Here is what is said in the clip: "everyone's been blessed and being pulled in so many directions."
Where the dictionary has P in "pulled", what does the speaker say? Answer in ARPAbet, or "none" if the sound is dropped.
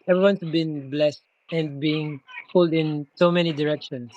F